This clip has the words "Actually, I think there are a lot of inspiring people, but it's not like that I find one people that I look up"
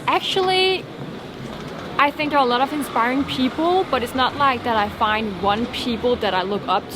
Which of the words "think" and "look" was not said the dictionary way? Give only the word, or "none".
none